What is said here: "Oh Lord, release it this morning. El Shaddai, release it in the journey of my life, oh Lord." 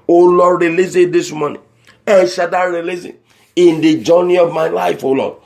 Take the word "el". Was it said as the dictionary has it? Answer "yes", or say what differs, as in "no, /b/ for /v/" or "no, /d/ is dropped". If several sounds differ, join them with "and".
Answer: no, /n/ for /l/